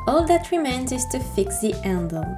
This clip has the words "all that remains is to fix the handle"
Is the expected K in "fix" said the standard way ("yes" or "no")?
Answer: yes